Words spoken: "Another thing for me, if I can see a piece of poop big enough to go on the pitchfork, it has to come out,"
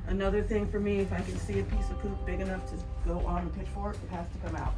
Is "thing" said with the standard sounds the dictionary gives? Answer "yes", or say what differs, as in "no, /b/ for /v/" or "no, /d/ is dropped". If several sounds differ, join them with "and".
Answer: yes